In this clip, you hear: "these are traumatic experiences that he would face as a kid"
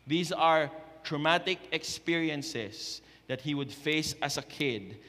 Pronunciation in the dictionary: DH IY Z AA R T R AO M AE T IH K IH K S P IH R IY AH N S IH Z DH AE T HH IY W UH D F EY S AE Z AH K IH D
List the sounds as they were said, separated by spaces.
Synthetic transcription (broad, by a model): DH IY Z AA R T R AO M AE T IH K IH K S P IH R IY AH N S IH S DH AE T HH IY W UH D F EY S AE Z AH K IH D